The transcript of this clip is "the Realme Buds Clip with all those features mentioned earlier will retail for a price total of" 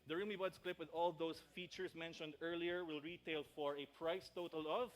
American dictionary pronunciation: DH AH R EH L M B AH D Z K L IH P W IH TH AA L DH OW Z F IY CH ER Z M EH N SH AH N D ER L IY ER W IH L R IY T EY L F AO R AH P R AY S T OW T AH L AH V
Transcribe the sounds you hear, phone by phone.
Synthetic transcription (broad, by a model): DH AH R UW M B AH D S K L IH P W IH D AA L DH OW S F IY CH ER S M EH N SH AH N D ER L IY ER W IH L R IY T EY L F AO R AH P R AY S T OW T AH L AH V